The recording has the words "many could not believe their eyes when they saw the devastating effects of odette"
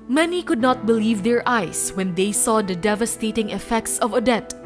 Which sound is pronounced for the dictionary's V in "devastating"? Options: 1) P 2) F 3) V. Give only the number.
3